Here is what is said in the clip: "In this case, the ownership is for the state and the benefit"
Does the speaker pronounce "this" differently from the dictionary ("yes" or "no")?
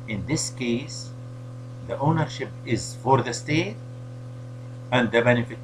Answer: no